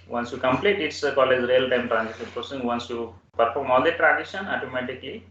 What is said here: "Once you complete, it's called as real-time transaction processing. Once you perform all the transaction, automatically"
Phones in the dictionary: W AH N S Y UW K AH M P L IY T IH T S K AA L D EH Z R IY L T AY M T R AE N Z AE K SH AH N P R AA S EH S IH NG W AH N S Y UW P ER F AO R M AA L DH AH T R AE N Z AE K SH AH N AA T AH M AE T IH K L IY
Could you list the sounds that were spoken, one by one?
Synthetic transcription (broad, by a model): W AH N S Y UW K AH M P L IY T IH T S K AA L EH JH R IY L T AY M T R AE N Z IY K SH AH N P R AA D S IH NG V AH N S Y UW P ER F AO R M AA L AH T R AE N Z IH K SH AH N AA T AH M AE T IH K L IY